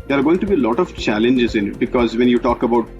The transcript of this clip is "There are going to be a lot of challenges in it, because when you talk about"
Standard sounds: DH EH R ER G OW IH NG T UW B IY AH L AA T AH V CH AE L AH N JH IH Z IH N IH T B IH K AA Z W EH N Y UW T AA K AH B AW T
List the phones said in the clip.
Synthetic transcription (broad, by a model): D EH R G OW IH NG T UW B IY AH L AA T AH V CH AE L AH N JH IH Z IH N IH T B IH K AA Z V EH N Y UW T AA K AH B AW T